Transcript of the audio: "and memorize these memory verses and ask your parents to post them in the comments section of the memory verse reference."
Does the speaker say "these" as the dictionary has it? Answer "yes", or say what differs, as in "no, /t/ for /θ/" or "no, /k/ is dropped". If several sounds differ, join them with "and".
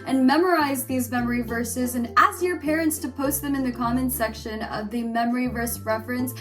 yes